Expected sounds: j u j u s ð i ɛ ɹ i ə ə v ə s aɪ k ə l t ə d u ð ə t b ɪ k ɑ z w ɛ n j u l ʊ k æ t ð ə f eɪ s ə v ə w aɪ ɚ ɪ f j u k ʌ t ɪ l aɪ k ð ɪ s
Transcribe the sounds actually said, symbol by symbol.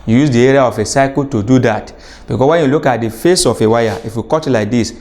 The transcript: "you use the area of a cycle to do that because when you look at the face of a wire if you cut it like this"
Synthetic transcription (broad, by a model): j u j u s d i ɛ ɹ i ə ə f ə s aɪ k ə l t ə d u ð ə t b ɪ k ɑ w ɛ n j u l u k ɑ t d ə f eɪ s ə f ə w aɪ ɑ ɪ f j u k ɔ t l aɪ k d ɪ s